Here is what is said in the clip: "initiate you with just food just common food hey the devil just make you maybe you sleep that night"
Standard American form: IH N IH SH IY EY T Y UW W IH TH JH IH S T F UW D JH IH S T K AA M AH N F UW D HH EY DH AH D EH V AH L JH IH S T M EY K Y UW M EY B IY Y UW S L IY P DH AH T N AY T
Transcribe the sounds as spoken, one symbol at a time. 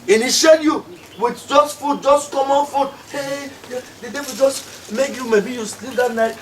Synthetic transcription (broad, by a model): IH N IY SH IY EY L Y UW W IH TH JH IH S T F UW D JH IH S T K AA M AH N F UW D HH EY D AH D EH W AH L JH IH S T M EY K Y UW M EY B IY Y UW S L IY P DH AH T N AY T